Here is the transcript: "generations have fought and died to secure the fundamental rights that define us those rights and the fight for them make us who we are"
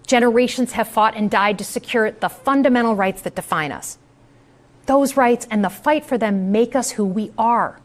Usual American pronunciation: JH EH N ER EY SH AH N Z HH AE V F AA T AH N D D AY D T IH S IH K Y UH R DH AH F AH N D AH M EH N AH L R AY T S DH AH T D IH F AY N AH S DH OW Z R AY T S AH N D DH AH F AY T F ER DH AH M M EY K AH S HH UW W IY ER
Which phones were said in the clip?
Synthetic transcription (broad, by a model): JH EH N ER EY SH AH N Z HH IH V F AA T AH N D D AY D T IH S IH K Y UH R DH AH F AH N D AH M EH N L R AY T S DH AH T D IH F AY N AH S DH OW Z R AY T S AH N DH AH F AY T F ER DH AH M M EY K AH S HH UW W IY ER